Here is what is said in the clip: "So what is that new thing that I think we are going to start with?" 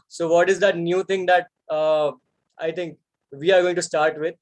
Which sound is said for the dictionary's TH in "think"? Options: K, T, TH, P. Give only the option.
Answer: T